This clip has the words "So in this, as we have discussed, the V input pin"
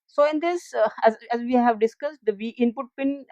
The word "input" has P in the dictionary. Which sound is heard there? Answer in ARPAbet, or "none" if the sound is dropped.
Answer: P